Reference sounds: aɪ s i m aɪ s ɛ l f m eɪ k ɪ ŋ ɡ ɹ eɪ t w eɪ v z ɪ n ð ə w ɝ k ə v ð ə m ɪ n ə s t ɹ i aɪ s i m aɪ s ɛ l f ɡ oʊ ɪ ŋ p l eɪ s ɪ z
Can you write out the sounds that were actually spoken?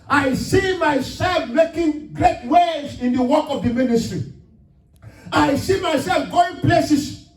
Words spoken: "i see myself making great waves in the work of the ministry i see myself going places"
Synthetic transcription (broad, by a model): aɪ s i m aɪ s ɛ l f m eɪ k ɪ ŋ ɡ ɹ eɪ t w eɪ z ɪ n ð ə w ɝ k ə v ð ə m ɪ n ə s t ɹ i aɪ s i m aɪ s ɛ l f ɡ oʊ ɪ ŋ p l eɪ s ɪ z